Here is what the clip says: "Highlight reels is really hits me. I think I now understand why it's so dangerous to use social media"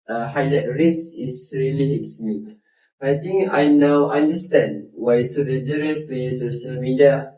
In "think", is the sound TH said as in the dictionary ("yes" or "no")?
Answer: no